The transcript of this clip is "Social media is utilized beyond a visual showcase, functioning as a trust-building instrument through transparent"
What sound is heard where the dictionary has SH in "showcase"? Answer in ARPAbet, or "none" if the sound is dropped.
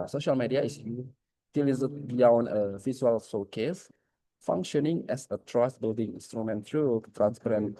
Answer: S